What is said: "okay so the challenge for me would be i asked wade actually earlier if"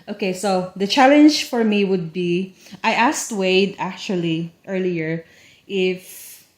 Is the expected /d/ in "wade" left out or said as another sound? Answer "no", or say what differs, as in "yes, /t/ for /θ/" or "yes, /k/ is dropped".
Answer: no